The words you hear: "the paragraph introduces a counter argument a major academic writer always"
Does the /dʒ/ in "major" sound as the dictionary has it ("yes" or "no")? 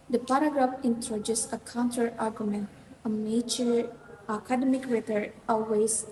no